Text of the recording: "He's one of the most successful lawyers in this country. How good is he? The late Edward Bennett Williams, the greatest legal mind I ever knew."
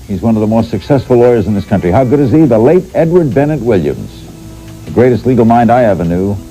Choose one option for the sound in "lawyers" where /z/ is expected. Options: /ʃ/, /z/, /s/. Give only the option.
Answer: /z/